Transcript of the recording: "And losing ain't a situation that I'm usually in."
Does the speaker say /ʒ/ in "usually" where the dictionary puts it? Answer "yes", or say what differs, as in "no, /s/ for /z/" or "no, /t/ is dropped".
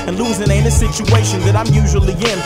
yes